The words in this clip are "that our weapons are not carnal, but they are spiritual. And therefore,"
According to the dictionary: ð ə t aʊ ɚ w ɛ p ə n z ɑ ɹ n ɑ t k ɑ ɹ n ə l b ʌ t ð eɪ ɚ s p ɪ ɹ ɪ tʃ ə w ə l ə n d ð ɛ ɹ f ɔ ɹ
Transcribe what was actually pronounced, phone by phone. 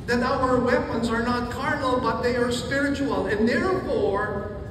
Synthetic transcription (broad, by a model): ð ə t aʊ ɚ w ɛ p ə n z ɑ ɹ n ɑ t k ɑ ɹ n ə l b ʌ t ð eɪ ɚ s p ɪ ɹ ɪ tʃ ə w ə l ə n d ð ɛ ɹ f ɔ ɹ